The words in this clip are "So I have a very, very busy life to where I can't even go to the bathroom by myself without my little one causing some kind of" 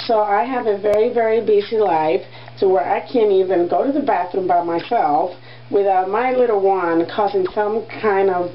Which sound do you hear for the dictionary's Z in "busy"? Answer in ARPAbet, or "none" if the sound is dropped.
S